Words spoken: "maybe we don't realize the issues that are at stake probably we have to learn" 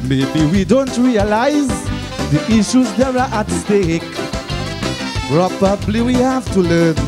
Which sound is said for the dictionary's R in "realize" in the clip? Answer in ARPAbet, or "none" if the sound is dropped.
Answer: R